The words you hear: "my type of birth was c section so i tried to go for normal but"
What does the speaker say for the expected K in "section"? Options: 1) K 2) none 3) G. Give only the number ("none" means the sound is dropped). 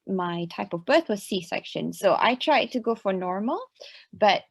1